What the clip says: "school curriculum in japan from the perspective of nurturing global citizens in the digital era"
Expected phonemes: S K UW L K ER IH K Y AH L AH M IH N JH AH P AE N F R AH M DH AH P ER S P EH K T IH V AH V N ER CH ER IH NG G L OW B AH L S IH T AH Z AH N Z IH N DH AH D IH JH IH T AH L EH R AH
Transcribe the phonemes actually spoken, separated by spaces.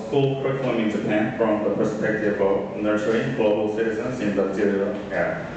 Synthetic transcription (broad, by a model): S K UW L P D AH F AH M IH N JH AH P AE N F R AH M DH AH P ER S P EH K T IH V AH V N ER S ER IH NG G L OW B AH L S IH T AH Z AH N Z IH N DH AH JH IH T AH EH